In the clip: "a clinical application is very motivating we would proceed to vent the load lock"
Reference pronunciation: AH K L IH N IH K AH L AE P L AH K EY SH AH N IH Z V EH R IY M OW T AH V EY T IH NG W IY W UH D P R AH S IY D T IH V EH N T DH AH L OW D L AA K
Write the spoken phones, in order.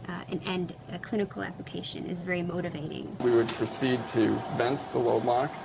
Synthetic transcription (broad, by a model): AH K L IH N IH K L AE P L AH K EY SH AH N IH Z V EH R IY M OW T AH V EY T IH NG W IY W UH D P R AH S IY D T IH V EH N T DH AH L OW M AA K